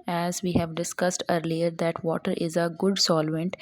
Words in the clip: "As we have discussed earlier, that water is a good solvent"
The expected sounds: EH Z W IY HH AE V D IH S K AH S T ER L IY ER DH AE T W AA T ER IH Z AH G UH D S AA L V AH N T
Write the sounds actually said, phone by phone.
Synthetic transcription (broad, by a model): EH Z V IY HH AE V D IH S K AH S T ER L IY ER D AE T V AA T ER IH Z AH G UH D S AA L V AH N T